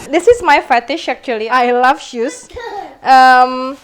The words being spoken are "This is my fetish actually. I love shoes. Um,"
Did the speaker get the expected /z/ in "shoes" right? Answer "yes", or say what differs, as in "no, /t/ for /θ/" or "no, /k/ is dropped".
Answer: no, /s/ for /z/